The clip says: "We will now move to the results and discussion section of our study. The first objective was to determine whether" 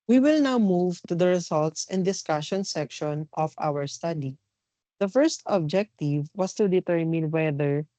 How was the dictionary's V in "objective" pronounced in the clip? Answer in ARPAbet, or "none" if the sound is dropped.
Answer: V